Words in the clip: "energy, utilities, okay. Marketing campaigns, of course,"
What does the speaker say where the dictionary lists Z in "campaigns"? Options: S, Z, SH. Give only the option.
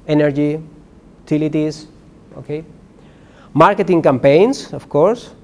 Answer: S